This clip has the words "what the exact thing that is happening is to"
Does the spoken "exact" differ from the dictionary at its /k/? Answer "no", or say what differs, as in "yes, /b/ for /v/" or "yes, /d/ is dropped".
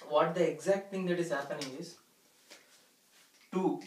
no